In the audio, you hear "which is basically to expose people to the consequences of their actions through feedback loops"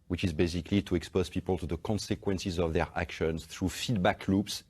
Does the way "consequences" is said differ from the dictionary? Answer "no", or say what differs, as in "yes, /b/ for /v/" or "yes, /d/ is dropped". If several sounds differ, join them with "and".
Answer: no